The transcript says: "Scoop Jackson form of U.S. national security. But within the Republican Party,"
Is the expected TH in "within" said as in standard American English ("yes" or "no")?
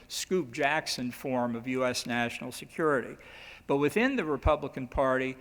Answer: yes